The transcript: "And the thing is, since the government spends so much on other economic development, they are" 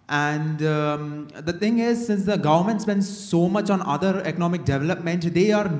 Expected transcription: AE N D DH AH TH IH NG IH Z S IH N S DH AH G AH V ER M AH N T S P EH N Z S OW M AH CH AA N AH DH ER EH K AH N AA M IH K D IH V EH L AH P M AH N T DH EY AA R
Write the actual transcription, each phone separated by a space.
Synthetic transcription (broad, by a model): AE N D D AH T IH NG IH Z S IH N S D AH G AH V ER M AH N T S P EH N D S OW M AH CH AA N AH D ER EH K AH N AA M IH K D IH V EH L AH P M AH N T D EY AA R